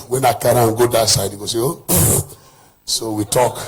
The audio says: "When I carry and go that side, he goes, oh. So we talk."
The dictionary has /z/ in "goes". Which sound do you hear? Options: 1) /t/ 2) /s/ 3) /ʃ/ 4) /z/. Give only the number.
2